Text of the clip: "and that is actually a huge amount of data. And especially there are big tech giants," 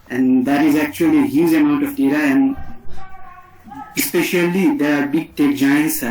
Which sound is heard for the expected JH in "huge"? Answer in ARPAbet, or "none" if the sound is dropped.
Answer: Z